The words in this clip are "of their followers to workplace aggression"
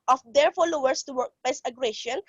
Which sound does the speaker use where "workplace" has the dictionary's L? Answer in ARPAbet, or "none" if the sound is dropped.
none